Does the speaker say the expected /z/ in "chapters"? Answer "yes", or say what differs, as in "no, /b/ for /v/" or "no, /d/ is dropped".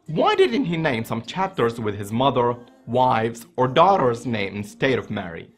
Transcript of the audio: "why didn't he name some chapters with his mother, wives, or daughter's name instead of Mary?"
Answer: yes